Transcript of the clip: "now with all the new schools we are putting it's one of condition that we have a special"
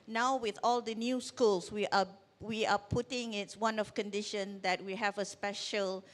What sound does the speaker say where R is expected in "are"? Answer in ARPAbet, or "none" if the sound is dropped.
W